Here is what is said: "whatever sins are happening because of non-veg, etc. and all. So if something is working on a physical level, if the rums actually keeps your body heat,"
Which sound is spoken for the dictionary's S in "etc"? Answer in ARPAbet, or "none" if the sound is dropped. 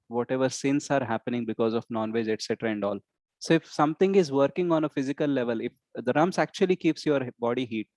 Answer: S